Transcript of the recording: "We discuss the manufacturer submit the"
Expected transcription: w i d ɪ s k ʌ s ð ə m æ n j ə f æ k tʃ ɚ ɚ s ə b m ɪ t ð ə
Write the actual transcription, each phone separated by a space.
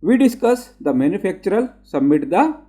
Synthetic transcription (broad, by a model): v i d ɪ s k ʌ s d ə m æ n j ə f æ k tʃ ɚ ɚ s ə m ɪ t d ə